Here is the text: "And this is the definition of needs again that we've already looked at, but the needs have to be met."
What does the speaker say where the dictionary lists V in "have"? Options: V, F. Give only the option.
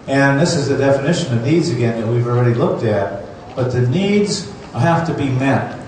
F